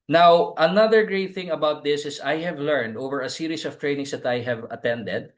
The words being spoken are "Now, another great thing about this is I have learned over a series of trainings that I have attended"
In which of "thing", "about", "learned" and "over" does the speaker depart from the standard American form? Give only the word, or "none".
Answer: none